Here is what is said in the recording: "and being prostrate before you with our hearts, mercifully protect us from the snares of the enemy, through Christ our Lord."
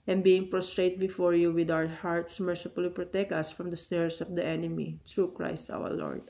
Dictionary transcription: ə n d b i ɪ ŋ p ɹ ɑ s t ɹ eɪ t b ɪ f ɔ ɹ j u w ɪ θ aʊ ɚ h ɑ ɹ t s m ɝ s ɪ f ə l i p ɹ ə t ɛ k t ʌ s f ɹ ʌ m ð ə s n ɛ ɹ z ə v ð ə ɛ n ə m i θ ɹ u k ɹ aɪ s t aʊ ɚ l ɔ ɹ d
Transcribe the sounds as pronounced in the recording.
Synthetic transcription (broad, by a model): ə n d b i ɪ ŋ p ɹ ɑ s t ɹ eɪ t b ɪ f ɔ ɹ j u w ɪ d aʊ ɚ h ɑ ɹ t s m ɝ s ɪ f ə l i p ɹ ə t ɛ k t ʌ s f ɹ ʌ m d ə s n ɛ ɹ s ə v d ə ɛ n ə m i t ɹ u k ɹ aɪ s t aʊ ɚ l ɔ ɹ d